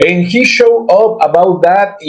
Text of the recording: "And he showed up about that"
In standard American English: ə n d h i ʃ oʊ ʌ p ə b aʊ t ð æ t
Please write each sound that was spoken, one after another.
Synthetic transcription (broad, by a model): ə n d h i ʃ oʊ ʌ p ə b aʊ t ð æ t